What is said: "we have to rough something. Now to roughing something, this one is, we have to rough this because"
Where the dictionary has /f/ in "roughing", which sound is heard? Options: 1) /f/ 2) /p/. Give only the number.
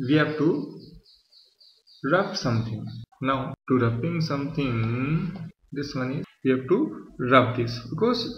2